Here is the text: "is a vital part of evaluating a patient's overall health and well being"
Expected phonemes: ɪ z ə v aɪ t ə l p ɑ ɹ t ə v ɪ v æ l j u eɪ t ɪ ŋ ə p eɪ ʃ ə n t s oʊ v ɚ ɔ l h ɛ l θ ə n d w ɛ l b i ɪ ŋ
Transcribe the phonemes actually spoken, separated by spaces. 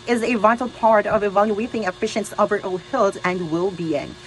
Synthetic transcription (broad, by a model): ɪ z ə v aɪ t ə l p ɑ ɹ t ə v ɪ v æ l j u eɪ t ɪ ŋ ə f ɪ ʃ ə n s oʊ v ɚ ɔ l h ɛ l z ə n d w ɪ l b i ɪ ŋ